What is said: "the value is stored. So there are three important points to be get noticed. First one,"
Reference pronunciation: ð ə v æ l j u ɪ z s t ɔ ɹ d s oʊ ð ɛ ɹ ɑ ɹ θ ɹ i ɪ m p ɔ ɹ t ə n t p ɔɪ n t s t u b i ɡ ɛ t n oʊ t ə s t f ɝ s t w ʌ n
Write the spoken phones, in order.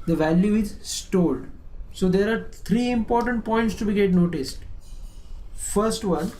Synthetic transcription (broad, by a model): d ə v æ l j u ɪ z s t ɔ l d s oʊ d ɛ ɹ ɑ ɹ t ɹ i ɪ m p ɔ ɹ t ə n t p ɔɪ n t s t u b i ɡ ɛ t n oʊ t ə s t f ɝ s t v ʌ n